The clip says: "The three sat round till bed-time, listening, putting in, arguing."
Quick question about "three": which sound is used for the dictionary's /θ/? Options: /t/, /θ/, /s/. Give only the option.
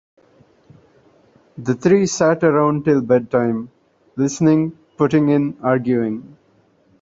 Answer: /t/